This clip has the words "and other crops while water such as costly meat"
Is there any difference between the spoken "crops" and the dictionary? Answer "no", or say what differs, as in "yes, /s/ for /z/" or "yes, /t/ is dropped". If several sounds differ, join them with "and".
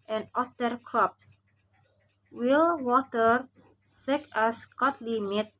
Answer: no